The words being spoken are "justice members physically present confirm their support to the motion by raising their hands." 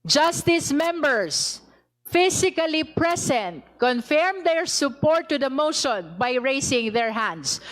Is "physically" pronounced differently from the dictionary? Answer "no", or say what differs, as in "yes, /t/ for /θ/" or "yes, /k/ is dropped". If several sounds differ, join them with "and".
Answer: yes, /s/ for /z/